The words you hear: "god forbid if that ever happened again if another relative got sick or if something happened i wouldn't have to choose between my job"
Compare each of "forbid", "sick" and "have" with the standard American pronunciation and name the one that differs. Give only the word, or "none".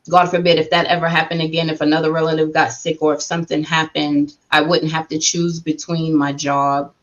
have